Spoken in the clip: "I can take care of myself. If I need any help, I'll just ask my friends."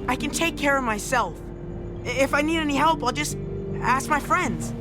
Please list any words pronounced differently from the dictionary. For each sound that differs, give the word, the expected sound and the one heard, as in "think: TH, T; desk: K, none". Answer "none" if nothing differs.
none